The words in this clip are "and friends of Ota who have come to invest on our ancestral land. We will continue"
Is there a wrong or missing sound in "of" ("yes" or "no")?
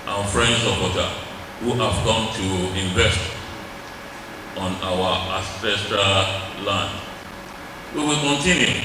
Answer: yes